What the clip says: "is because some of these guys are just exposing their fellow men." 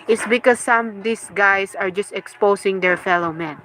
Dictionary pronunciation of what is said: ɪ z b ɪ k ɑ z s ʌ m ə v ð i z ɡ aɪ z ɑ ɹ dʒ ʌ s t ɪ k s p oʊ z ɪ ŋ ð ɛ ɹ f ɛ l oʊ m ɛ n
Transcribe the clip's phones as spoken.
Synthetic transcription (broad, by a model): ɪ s b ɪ k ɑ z s ʌ m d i s ɡ aɪ s ɑ ɹ dʒ ʌ s t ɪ k s p oʊ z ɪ ŋ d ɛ ɹ f ɛ l oʊ m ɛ n